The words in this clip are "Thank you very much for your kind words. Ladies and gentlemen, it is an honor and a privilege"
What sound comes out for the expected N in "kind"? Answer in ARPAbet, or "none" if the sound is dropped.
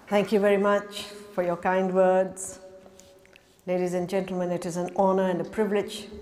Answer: N